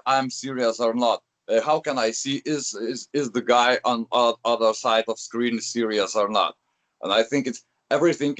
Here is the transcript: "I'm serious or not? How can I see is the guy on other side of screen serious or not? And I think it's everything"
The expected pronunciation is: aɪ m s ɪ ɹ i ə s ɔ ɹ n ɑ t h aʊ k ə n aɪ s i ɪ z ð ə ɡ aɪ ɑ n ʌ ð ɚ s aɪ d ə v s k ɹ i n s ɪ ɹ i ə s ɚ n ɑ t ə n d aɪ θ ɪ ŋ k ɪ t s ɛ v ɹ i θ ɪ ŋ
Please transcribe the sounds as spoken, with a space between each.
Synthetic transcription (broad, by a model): aɪ m s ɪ ɹ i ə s ɔ ɹ n ɑ t h aʊ k ə n aɪ s i ɪ z ð ə ɡ aɪ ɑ n ʌ ð ɚ s aɪ d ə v s k ɹ i n s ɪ ɹ i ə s ɚ n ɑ t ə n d aɪ θ ɪ ŋ k ɪ t s ɛ v ɹ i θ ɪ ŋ